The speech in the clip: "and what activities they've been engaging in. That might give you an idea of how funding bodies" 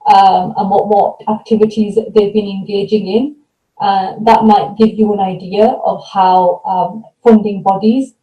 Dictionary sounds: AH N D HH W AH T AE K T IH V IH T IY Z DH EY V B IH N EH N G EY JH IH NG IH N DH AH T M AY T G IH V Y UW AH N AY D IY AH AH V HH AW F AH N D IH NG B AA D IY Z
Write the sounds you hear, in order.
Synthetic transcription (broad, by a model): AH N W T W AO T AE K T IH V IH T IY Z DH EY V B IH N EH N G EY JH IH NG IH N DH AH T M AY T G IH V Y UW AH N AY D IY AH AH V HH AW F AH N D IH NG B AA D IY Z